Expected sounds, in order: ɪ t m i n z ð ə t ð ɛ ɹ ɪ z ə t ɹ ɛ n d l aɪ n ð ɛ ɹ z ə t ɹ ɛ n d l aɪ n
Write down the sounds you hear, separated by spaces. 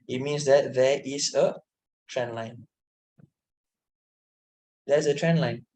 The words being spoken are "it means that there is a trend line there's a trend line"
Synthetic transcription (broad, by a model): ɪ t m i n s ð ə t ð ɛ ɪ s ə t ɹ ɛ n l aɪ n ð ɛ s ə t ɹ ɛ n l aɪ n